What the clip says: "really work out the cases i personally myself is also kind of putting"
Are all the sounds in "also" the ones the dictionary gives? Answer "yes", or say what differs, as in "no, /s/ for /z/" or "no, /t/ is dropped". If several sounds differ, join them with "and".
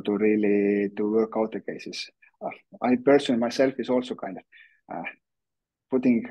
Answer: yes